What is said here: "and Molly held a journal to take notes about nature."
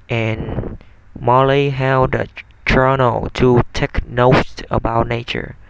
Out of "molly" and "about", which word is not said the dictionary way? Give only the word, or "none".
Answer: none